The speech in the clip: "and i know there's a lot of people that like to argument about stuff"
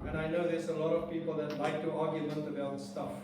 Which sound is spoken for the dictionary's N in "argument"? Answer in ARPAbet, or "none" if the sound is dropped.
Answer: L